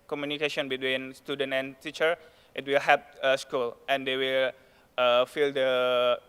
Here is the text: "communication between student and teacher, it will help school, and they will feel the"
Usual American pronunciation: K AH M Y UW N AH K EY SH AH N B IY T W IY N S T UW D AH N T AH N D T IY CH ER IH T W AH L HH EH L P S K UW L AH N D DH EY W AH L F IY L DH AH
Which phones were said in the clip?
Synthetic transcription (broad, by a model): K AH M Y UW N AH K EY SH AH N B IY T W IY N S T UW D AH N T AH N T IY CH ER IH T W AH L HH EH P S K UW L AH N D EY W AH L F IY L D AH